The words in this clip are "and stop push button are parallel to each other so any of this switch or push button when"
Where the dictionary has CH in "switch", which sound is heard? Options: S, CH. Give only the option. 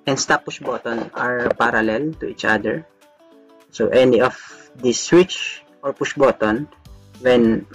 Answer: CH